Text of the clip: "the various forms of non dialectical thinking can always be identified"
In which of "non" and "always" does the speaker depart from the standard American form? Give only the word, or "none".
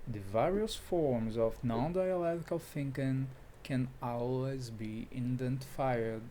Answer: none